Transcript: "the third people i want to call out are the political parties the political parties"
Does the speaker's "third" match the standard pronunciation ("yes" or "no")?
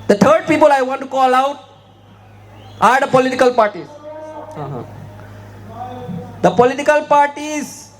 no